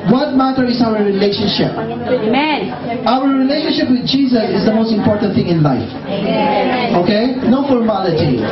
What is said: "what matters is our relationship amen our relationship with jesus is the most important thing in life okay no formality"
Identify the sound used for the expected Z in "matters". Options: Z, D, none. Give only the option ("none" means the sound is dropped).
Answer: none